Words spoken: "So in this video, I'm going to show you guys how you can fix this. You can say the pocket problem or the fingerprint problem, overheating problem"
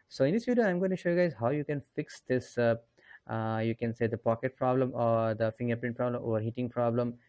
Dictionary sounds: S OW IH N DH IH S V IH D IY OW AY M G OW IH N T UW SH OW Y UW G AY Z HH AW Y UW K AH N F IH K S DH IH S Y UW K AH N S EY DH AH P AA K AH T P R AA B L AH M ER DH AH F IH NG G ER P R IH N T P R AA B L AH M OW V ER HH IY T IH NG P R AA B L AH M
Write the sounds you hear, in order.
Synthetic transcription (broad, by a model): S OW IH N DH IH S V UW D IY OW AY M G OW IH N T UW SH OW Y UW G AY Z HH AW Y UW K AH N F IH K S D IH S Y UW K AH N S EY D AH P AA K AH T P R AA B L AH M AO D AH F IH NG G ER P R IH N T P R AA B L AH M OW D HH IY T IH NG P R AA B L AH M